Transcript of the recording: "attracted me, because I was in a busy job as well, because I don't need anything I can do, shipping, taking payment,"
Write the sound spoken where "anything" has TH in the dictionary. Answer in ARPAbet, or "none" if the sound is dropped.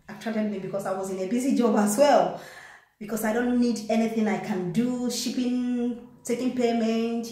TH